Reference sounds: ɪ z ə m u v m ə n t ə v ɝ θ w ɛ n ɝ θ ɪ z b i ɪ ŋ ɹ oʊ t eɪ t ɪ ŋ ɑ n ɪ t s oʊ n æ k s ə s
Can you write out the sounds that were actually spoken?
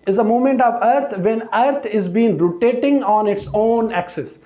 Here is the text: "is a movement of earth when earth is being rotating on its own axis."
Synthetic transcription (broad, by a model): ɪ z ə m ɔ m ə n t ə v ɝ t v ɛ n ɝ t ɪ z b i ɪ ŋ ɹ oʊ t eɪ t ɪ ŋ ɑ n ɪ t s oʊ n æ k s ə s